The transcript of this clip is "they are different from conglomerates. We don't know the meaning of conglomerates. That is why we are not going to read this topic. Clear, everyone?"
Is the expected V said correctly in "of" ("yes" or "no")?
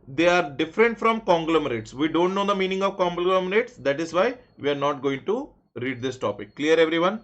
yes